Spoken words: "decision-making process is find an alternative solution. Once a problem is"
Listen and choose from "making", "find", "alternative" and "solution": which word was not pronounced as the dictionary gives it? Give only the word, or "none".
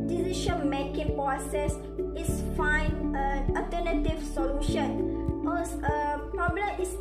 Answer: find